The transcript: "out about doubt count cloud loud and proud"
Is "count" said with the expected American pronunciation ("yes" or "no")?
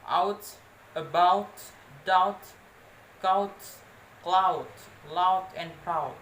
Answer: no